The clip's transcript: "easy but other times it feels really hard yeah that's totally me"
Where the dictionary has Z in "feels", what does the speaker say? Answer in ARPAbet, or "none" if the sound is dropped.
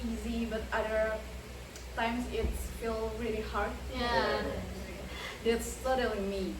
none